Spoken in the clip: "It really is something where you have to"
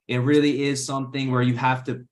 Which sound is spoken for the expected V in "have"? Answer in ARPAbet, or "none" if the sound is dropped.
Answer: F